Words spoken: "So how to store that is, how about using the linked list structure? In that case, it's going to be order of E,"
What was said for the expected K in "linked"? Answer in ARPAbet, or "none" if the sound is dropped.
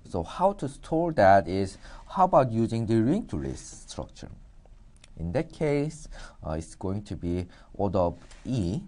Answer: none